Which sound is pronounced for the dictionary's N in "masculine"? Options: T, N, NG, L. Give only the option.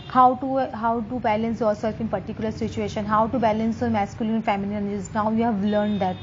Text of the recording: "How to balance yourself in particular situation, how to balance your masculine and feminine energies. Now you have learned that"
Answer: L